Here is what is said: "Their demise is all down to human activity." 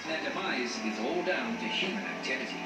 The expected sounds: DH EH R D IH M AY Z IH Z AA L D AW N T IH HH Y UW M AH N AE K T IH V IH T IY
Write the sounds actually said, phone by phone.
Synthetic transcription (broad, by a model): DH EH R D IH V AY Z IH Z AA L D AW N T IH HH Y UW M AH N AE K T IH V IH T IY